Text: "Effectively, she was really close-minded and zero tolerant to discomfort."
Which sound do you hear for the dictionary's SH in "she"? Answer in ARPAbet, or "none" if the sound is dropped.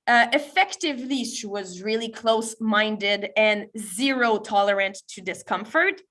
S